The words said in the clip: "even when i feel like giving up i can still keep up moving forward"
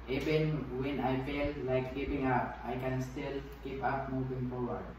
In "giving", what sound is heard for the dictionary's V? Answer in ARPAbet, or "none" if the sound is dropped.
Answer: P